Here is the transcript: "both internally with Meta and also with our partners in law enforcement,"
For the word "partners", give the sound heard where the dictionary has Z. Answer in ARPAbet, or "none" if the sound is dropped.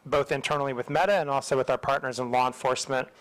Z